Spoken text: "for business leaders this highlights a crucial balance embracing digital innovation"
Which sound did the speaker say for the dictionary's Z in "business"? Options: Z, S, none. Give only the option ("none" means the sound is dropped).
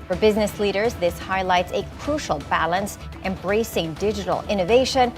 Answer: Z